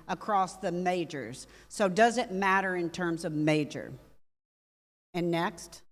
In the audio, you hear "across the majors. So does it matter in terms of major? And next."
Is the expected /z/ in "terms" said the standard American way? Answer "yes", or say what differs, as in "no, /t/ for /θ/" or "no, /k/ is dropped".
yes